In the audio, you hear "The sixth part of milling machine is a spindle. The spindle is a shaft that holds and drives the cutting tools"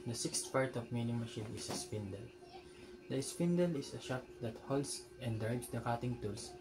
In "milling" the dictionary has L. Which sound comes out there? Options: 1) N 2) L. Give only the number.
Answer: 1